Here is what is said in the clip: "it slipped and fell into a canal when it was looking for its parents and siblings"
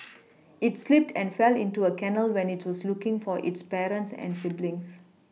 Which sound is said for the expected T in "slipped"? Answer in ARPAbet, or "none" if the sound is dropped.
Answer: T